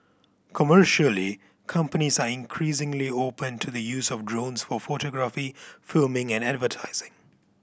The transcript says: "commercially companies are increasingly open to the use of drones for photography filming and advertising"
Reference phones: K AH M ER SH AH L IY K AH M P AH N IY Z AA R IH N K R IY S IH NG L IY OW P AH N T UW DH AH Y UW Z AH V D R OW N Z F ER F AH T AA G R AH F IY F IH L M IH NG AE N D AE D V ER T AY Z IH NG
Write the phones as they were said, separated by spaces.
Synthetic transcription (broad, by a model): K AH M ER SH AH L IY K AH M P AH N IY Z AA R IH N K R IY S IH NG L IY OW P AH N T UW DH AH Y UW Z AH V D R OW N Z F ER F AH T AA G R AH F IY F IH L M IH NG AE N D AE D V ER T AY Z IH NG